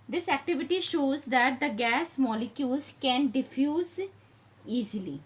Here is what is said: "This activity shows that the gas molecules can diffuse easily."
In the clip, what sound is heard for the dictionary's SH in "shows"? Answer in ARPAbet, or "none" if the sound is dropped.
SH